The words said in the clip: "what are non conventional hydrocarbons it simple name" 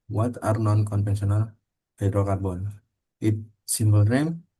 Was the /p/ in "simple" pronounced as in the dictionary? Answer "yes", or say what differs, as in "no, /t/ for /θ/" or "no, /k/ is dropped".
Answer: no, /b/ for /p/